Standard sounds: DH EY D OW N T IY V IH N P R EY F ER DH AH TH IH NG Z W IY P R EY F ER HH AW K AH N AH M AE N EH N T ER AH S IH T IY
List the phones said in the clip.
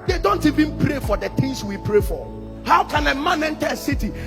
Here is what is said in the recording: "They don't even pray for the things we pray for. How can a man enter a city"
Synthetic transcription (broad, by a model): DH EY D OW N T IY V IH N P R EY F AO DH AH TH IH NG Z W IY P R EY F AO HH AW K AH N AH M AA N EH N T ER AH S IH T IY